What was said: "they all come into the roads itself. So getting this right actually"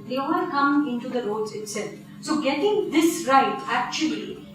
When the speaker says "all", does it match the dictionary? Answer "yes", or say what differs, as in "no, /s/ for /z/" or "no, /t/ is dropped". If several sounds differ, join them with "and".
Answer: no, /n/ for /l/